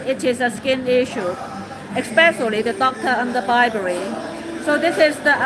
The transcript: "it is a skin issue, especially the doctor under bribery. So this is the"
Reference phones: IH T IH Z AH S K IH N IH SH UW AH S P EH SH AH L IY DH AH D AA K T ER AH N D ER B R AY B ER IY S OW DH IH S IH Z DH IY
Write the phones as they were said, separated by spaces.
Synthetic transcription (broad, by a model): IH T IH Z AH S K IH N IH SH UW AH S P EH S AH L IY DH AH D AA K T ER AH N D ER B AY B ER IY S OW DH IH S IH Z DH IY